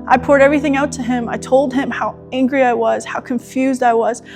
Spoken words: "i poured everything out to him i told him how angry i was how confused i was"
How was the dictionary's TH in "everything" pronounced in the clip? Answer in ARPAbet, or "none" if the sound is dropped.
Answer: TH